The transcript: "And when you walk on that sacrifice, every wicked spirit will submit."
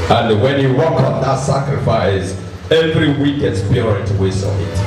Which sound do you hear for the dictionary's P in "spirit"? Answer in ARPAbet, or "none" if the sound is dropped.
B